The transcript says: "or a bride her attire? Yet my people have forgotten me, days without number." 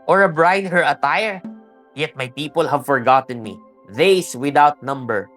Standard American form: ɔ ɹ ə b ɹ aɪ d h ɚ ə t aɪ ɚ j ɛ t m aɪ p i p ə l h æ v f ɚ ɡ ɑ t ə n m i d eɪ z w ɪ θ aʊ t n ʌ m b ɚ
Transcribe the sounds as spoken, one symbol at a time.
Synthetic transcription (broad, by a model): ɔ ɹ ə b ɹ aɪ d h ɚ ə t aɪ ɚ j ɛ t m aɪ p i p ə l h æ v f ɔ ɡ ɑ t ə n m i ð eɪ s w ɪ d aʊ t n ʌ m b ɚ